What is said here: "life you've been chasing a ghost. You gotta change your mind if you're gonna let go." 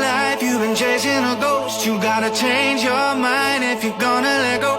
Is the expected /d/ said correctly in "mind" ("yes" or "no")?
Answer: no